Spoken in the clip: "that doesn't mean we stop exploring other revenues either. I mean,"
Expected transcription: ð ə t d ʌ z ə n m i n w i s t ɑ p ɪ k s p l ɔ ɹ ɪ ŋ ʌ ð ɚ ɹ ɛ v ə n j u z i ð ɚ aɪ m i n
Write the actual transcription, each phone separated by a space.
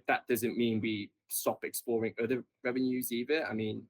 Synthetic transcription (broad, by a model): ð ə t d ʌ z ə n m i n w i s t ɑ p ɪ k s p l ɔ ɹ ɪ ŋ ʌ ð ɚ ɹ ɛ v ə n j u z i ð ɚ aɪ m i n